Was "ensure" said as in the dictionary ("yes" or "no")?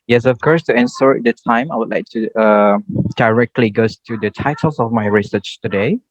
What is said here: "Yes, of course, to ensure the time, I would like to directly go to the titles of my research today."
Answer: no